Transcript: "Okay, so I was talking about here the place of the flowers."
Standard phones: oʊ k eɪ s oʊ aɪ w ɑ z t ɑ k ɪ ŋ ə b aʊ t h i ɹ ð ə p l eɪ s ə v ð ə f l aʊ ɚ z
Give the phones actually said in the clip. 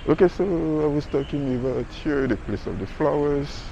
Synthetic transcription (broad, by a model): oʊ k eɪ s oʊ aɪ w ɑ s t ɑ k ɪ ŋ ə b aʊ t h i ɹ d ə p l eɪ s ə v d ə f l aʊ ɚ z